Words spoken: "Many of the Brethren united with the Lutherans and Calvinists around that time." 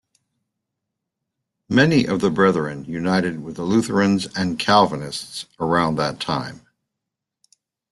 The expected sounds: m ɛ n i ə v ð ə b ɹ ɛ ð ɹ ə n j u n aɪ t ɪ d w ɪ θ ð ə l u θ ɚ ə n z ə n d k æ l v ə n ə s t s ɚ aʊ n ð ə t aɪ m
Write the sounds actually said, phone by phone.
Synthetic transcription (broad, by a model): m ɛ n i ə v ð ə b ɹ ɛ ð ɹ ə n j u n aɪ t ɪ d w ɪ ð ə l u θ ɚ ə n z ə n k æ l v ə n ə s t s ɚ aʊ n ð ə t aɪ m